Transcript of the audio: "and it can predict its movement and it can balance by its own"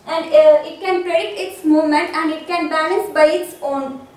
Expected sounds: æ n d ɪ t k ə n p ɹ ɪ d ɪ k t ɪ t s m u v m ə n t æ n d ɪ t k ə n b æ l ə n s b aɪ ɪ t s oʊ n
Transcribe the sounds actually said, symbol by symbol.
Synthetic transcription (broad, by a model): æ n d ɪ t k ə n p ɹ ɪ d ɪ k t ɪ t s m u v m ə n t æ n d ɪ t k ə n b æ l ə n s b aɪ ɪ t s oʊ n